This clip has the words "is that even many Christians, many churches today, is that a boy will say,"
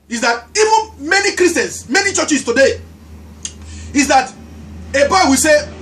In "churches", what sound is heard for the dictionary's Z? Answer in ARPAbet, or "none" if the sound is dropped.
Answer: S